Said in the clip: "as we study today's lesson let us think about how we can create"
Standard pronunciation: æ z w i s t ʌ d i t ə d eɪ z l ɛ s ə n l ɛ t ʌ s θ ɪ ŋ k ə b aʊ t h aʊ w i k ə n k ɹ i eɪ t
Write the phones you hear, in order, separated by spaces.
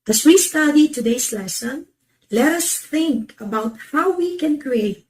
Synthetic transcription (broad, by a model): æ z w i s t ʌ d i t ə d eɪ s l ɛ s ə n l ɛ t ʌ s θ ɪ ŋ k ə b aʊ t h aʊ w i k ə n k ɹ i eɪ t